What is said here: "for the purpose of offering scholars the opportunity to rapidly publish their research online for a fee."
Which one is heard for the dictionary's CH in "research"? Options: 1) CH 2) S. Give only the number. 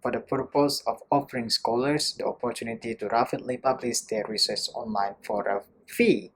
2